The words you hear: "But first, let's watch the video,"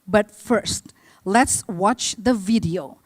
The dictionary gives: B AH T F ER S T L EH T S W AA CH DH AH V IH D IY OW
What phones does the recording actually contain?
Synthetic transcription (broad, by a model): B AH T F ER S T L EH T S W AA CH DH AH V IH D IY OW